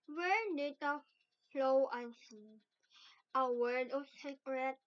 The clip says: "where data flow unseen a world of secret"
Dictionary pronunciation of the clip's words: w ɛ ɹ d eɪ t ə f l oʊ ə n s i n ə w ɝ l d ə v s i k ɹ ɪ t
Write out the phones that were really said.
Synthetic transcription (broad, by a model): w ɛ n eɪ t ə f l oʊ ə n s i ə w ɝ d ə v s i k ɹ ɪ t